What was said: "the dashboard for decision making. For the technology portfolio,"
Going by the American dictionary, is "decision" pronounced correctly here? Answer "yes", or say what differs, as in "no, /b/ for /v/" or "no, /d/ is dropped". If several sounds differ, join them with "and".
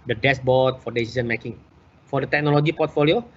no, /z/ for /ʒ/